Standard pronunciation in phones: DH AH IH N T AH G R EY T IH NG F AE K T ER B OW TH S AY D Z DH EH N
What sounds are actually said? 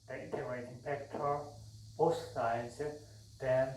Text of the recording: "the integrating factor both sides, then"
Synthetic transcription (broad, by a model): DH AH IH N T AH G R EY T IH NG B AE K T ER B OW S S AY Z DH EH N